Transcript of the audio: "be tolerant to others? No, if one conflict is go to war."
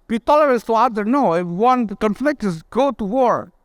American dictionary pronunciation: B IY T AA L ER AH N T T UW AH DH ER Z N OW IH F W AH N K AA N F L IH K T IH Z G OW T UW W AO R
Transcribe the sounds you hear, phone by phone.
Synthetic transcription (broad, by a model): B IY T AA L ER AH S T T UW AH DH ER N OW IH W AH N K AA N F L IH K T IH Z G OW T UW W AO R